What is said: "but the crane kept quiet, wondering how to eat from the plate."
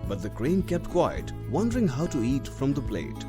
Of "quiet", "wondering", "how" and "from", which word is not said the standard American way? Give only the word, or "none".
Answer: none